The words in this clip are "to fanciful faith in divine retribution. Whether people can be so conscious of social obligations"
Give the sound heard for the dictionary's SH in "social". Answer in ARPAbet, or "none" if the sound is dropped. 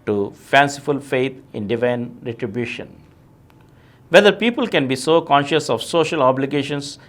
SH